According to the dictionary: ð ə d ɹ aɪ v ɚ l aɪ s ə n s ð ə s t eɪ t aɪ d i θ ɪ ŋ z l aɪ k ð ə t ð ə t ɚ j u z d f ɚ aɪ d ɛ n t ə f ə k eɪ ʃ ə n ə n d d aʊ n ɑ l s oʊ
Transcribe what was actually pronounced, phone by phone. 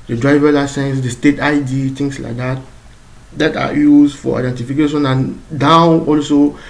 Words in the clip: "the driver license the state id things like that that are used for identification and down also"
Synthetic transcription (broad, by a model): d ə d ɹ aɪ v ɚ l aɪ s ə n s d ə s t eɪ t aɪ d i t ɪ ŋ s l aɪ k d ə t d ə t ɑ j u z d f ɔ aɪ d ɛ n t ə f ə k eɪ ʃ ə n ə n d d aʊ ɑ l s oʊ